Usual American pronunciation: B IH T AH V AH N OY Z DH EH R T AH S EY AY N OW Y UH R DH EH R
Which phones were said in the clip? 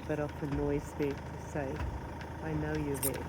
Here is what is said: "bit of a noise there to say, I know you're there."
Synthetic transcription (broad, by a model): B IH T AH F AH N OY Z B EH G T AH S EY AY N OW Y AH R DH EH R